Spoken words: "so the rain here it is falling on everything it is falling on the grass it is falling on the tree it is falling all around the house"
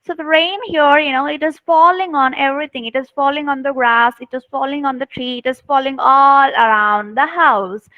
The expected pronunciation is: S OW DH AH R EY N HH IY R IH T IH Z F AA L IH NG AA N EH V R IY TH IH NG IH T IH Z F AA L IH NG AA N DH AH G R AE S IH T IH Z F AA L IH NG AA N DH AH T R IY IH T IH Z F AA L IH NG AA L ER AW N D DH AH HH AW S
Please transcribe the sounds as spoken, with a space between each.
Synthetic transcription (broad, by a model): S OW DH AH R EY N HH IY R IH T IH Z F AA L IH NG AA N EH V R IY T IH NG IH T IH Z F AA L IH NG AA N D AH G R AE S IH T IH Z F AA L IH NG AA N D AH T R IY IH T IH Z F AA L IH NG AA L ER AW N D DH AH HH AW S